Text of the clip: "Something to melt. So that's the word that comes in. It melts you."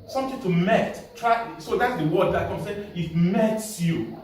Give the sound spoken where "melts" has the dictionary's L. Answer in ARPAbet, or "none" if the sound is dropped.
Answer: none